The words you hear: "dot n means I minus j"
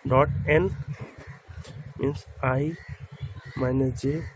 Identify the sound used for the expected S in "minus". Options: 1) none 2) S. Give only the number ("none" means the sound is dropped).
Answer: 1